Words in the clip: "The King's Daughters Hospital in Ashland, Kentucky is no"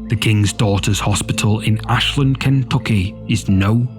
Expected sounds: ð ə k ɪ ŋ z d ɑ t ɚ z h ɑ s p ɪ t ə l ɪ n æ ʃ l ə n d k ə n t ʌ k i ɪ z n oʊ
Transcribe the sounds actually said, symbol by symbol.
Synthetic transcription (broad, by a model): ð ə k ɪ ŋ z d ɑ t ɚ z h ɑ s p ɪ t ə l ɪ n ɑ ʃ l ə n k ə n t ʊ k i ɪ z n oʊ